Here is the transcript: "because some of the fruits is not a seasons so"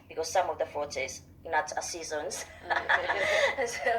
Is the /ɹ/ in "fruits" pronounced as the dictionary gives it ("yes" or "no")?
no